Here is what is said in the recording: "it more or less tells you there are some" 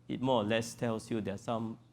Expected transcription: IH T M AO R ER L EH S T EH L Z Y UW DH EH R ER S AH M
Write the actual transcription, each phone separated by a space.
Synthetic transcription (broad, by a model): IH T M AO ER L EH S T EH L S Y UW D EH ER S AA M